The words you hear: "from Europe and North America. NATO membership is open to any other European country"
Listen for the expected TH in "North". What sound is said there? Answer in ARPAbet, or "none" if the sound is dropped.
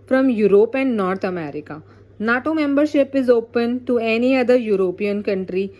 T